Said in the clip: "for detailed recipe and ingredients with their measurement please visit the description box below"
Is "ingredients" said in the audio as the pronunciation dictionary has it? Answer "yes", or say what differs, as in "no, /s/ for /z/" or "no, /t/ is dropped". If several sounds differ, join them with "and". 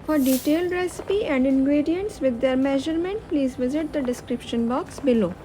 yes